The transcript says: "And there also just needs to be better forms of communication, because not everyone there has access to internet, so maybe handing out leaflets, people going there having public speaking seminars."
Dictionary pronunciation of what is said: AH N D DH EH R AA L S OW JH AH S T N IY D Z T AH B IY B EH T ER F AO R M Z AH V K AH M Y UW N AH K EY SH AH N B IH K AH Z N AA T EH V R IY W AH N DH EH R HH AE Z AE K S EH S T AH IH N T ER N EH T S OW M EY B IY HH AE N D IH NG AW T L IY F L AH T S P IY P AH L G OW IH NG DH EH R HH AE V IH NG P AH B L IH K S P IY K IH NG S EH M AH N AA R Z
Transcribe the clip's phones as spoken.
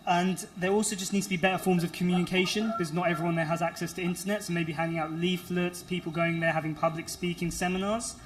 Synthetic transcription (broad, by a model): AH N DH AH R AA L S OW JH AH S N IY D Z T AH B IY B EH T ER F AO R M Z AH V K AH M Y UW N AH K EY SH AH N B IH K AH Z N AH T EH V R IY W AH N DH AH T HH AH Z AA K S EH S T AH IH N T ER N EH T S OW M EY B IY HH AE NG IH NG AW T L IY F L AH T S P IY P AH L G OW IH NG DH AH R HH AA V IH NG P AH B L IH K S P IY K IH NG S EH M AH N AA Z